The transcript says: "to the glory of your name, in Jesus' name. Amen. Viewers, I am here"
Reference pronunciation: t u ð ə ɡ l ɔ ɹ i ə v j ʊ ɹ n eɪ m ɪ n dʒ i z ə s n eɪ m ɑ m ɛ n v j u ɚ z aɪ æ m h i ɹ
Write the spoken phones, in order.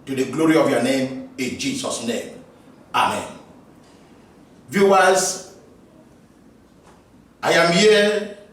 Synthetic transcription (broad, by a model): t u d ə ɡ l ɔ ɹ i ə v j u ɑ n eɪ m ɪ n dʒ i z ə s n eɪ m ɑ m ɛ n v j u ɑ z aɪ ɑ m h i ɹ